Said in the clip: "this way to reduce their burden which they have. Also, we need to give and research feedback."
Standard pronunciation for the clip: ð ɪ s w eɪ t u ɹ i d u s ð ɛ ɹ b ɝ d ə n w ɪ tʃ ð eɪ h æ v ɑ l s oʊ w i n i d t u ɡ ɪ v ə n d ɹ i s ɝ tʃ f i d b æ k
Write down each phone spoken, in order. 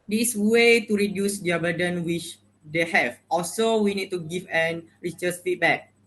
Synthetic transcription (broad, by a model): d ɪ s w eɪ t u ɹ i d u s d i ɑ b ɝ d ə n w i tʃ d eɪ h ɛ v ɑ l s oʊ w i n i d t u ɡ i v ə n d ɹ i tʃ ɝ s f i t b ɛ k